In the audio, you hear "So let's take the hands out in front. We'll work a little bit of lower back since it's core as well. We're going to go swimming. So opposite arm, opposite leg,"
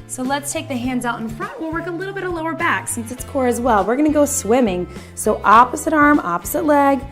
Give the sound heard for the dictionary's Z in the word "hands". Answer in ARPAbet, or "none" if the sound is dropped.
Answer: Z